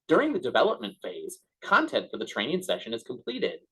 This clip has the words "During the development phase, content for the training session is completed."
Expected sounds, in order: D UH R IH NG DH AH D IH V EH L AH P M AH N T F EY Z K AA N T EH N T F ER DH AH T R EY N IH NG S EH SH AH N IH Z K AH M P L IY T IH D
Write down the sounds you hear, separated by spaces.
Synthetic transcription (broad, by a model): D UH R IH NG DH AH D IH V EH L AH P M AH N T F EY Z K AA N T EH N T F ER DH AH T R EY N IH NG S EH SH AH N IH Z K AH M P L IY T IH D